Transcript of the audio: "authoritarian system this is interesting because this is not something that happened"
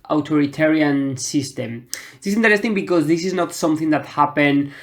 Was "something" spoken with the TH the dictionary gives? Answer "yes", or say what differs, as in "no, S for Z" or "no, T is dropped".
yes